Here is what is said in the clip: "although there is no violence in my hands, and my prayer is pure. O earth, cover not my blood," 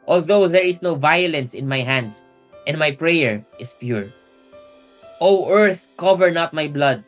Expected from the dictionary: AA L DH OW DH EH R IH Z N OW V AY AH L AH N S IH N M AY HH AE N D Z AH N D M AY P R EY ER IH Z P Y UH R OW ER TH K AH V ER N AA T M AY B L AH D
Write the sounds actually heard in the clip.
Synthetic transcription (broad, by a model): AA L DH OW DH EH R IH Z N OW V AY AH L AH N S IH N M AY HH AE N D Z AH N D M AY P R EY ER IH S P Y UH R OW ER TH K AH V ER N AA T M AY B L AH D